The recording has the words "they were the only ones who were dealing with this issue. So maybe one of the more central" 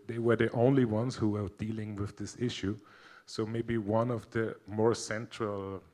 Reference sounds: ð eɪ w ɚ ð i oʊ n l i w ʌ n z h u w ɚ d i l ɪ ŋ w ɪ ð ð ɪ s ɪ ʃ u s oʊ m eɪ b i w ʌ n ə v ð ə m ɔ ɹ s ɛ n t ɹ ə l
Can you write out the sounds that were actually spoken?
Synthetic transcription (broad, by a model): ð eɪ w ɚ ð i oʊ n l i w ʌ n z h u w ɚ d i l ɪ ŋ w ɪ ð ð ɪ s ɪ ʃ u s oʊ m eɪ b i w ʌ n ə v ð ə m ɔ ɹ s ɛ n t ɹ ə l